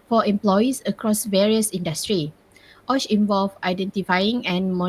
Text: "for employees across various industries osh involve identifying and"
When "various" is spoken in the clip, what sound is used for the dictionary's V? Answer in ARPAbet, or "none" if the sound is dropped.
V